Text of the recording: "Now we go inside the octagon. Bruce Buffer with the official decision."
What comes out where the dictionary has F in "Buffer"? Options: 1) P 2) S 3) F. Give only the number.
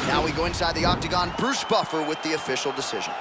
3